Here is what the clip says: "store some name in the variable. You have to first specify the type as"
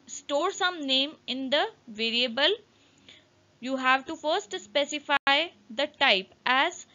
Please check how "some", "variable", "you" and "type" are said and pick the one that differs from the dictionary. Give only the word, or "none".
none